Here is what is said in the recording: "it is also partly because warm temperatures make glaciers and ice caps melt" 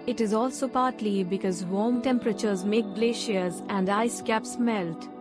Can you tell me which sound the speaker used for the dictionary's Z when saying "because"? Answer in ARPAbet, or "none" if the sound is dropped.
Z